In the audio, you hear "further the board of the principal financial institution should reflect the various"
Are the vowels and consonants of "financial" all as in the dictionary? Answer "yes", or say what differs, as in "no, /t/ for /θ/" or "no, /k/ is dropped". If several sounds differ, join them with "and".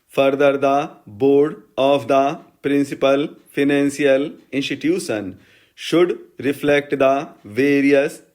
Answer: no, /s/ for /ʃ/